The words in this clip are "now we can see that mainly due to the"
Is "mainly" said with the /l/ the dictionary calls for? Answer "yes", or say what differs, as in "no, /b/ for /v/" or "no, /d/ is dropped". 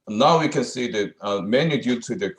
no, /l/ is dropped